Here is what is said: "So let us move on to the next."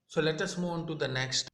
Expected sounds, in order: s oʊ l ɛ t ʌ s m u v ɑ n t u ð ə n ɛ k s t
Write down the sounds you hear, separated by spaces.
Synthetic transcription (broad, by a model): s oʊ l ɛ t ʌ s m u ɪ n t u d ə n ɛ k s t